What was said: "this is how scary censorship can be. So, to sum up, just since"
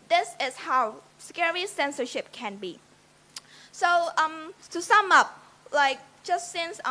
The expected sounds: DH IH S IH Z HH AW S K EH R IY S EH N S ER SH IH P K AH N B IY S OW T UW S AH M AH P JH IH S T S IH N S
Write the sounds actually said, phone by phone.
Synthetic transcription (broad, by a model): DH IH S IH S HH AW S K EH R IY S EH N S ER SH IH P K AH N B IY S OW T UW S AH M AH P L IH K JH S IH N S